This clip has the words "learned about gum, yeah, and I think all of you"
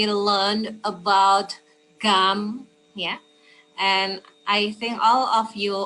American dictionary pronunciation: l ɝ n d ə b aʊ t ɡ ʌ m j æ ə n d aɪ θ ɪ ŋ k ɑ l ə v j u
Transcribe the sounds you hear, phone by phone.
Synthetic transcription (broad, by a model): l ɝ n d ə b aʊ t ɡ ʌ m j æ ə n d aɪ θ ɪ ŋ k ɑ l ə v j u